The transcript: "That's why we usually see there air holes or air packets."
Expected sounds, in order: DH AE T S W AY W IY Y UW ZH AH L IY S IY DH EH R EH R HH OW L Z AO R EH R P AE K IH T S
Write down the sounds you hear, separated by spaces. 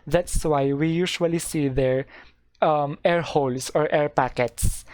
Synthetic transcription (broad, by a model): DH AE T S W AY W IY Y UW SH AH L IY S IY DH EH R EH R HH OW L S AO R EH R P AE K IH T S